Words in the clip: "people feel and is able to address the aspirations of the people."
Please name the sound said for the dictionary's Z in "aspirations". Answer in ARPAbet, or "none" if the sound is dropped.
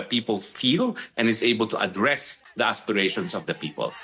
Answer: S